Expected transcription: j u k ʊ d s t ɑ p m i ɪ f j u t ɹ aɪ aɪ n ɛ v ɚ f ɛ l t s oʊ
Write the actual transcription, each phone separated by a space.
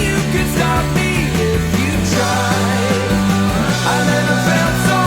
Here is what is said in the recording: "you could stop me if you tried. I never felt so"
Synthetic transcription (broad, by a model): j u k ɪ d s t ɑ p m i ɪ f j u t aɪ aɪ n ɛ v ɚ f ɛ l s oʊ